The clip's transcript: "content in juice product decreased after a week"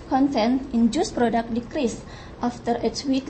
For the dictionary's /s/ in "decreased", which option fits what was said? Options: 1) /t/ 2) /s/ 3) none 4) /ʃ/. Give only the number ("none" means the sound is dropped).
2